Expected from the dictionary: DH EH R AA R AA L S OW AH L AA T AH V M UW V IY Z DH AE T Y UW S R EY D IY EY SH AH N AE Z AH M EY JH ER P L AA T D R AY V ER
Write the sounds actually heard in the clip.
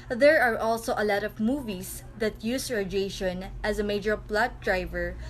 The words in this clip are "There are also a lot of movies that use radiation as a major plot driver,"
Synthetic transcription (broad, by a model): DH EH R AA R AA L S OW AH L AA T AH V M UW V IY S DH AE T Y UW S R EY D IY EY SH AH N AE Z AH M EY JH ER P L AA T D R AY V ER